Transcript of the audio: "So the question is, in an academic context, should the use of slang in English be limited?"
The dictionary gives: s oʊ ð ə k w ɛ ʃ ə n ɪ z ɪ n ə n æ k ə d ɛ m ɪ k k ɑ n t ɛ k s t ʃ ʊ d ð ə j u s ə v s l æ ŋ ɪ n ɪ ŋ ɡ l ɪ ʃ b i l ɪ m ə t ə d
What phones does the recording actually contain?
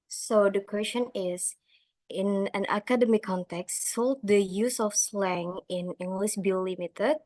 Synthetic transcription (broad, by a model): s oʊ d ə k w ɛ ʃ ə n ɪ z ɪ n ə n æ k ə d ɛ m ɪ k k ɑ n t ɛ k s t s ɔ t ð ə j u s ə f s l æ ŋ ɪ n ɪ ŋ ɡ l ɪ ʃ b i l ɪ m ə t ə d